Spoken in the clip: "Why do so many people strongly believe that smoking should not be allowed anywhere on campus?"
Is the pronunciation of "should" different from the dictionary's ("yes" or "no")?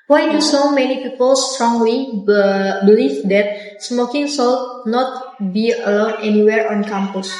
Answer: yes